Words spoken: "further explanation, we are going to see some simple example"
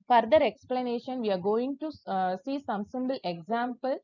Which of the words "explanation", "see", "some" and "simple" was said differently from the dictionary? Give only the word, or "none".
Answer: simple